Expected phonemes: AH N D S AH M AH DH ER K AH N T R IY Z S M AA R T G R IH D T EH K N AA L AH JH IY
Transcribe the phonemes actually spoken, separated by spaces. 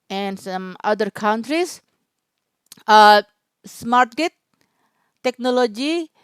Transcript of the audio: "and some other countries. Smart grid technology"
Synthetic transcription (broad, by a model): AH N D S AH M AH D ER K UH N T R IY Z S M AA R T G IH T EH K N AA L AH JH IY